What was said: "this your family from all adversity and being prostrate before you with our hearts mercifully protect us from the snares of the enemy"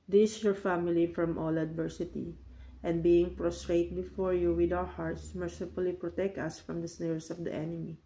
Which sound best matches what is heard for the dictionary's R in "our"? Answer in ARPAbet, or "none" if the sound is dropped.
W